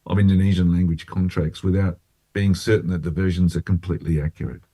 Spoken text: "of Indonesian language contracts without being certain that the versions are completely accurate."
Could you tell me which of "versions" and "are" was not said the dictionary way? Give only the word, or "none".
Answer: none